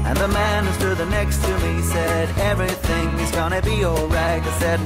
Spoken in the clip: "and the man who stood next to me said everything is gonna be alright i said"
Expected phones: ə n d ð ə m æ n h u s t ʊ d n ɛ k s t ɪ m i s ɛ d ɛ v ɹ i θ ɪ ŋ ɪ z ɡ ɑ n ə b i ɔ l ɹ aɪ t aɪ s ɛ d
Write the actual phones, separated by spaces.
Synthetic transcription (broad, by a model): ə n ð ə m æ n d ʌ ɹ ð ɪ n ɛ k s t ɪ m i s ɛ d ɛ v ɹ i θ ɪ ŋ ɪ z ɡ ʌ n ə b i ɔ l ɹ aɪ t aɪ s ɛ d